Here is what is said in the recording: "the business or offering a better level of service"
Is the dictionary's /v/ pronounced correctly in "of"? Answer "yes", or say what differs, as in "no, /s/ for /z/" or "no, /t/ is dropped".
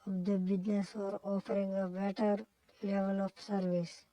no, /p/ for /v/